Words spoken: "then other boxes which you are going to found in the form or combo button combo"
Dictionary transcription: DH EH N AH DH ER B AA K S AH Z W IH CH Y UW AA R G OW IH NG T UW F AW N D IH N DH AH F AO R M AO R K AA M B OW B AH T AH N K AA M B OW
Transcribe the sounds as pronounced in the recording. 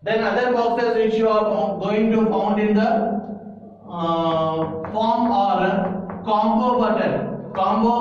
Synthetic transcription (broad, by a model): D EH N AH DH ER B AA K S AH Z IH SH Y UW AA R G OW IH NG T UW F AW N D IH N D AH F AO R M AO R K AA M B OW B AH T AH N K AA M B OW